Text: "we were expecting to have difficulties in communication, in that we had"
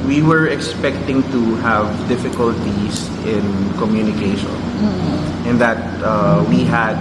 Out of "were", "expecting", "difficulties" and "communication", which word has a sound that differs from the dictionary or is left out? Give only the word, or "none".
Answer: difficulties